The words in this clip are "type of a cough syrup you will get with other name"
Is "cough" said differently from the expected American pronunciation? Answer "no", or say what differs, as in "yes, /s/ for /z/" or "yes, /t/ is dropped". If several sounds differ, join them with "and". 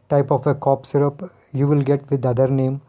yes, /p/ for /f/